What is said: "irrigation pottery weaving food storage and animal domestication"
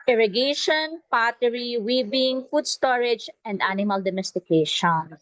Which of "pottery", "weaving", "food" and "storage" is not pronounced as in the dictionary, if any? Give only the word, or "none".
weaving